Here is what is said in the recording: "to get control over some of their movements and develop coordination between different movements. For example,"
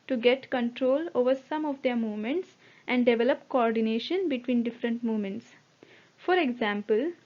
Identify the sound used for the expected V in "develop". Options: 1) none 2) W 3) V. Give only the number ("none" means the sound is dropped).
3